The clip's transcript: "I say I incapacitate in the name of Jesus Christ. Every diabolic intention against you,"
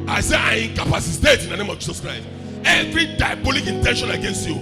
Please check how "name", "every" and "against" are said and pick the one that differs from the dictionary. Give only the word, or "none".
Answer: none